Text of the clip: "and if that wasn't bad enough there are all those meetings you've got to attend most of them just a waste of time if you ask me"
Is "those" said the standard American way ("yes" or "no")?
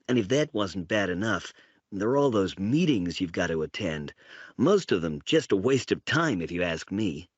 yes